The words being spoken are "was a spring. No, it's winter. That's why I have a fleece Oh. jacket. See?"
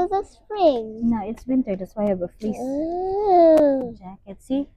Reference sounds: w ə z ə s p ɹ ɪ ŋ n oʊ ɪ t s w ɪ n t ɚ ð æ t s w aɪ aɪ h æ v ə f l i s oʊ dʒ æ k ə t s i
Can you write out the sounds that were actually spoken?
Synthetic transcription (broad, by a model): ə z ə s p ɹ ɪ ŋ n oʊ ɪ t s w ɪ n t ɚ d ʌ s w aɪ aɪ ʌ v ə f l i s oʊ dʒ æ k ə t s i